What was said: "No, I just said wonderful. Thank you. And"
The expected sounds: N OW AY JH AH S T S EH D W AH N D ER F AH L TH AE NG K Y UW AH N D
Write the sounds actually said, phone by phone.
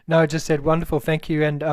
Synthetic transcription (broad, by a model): N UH AY JH AH S T S EH D W AH N D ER F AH L TH AE NG K Y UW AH N